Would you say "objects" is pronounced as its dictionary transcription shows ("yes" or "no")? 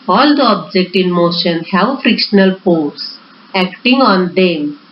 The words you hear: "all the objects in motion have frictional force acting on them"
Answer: no